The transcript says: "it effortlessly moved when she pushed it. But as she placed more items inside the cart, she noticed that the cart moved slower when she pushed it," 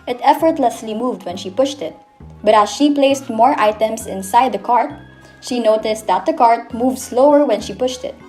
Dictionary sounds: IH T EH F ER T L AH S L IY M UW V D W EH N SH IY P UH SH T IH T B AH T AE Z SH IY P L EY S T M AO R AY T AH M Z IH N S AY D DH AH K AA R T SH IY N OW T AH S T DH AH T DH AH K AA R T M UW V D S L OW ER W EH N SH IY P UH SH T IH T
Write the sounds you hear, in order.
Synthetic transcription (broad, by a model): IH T EH F ER T L AH S L IY M UW V D W EH N SH IY P UH SH T IH T B AH T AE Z SH IY P L EY S T M AO R AY T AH M S IH N S AY D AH K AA R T SH IY N OW T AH S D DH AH T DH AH K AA R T M UW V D S L OW ER W EH N SH IY P UH SH T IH T